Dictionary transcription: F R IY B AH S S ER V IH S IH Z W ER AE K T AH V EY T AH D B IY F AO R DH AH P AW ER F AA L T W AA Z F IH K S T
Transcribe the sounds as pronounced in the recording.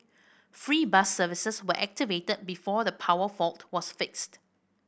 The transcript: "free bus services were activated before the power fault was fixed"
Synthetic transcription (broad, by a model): F R IY B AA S S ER V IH S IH S W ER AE K T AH V EY T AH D B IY F AO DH AH P AW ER F AA L T W AA S F IH K S T